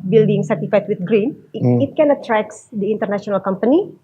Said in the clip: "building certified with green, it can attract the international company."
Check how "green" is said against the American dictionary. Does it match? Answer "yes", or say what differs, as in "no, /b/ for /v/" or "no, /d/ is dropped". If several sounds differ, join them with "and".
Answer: yes